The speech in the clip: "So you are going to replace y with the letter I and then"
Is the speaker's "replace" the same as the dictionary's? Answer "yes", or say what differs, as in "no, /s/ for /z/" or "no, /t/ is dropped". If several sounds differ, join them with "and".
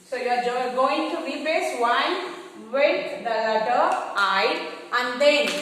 no, /l/ is dropped